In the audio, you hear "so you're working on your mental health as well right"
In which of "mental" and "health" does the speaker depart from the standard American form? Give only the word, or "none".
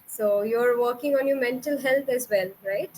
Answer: health